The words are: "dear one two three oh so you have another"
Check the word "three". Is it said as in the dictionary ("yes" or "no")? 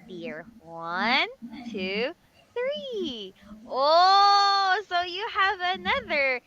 yes